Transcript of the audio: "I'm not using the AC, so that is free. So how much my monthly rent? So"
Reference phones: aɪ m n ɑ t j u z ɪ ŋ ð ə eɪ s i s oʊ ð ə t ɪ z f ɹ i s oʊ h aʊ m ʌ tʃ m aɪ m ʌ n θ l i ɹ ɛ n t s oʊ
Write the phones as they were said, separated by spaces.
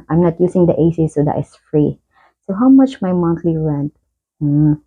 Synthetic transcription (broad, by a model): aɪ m n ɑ t j u s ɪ ŋ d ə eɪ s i s oʊ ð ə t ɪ s f ɹ i s oʊ h aʊ m ʌ tʃ m aɪ m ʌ n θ l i ɹ ɛ n t